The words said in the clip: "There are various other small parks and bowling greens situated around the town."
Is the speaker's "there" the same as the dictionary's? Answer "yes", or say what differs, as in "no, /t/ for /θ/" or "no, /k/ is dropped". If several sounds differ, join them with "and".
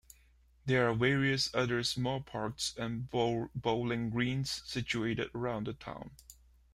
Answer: yes